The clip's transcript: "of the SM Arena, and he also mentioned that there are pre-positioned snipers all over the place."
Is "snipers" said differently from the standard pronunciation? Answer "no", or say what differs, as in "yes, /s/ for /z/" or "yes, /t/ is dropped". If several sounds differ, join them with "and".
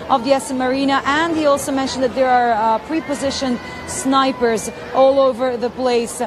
no